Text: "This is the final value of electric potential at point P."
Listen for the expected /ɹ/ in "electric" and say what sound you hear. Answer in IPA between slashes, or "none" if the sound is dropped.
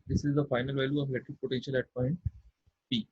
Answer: none